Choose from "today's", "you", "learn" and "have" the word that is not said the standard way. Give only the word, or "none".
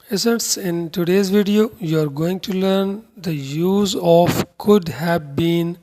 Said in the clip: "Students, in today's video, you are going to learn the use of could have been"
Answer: none